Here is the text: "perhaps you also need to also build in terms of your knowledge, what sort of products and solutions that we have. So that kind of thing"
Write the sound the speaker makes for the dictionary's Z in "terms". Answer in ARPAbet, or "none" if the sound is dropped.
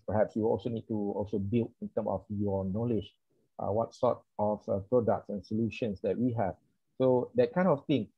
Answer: none